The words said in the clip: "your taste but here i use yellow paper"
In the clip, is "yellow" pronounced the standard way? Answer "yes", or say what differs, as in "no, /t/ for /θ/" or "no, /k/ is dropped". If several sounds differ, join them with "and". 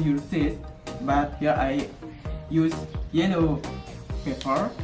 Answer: no, /n/ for /l/